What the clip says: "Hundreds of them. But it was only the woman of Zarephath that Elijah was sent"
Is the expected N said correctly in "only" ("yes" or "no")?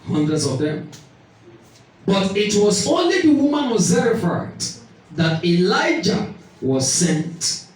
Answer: yes